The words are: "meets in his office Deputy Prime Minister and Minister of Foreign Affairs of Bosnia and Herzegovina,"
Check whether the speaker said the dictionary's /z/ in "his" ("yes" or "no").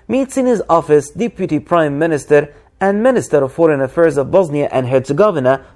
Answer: yes